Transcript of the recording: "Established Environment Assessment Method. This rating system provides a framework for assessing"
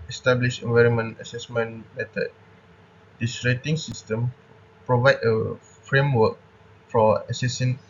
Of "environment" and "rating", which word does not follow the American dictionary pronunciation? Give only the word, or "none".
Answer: none